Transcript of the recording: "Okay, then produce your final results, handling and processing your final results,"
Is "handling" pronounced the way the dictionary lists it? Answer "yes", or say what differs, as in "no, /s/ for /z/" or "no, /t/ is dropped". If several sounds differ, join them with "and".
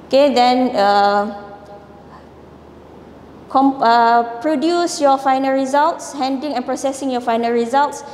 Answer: no, /l/ is dropped